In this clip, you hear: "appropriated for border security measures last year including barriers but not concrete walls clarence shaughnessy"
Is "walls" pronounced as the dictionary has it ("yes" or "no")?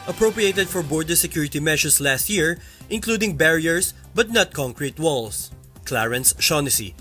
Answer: no